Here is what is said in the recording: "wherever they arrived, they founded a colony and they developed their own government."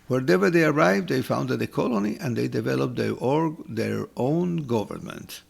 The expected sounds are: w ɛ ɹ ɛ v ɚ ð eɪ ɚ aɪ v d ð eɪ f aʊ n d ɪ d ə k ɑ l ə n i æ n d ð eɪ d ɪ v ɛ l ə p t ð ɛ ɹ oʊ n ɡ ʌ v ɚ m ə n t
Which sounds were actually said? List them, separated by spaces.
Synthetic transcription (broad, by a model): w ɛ ɹ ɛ v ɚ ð eɪ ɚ aɪ v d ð eɪ f aʊ n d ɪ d ə k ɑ l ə n i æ n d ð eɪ d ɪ v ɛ l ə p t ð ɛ ɹ oʊ n ɡ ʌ v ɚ m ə n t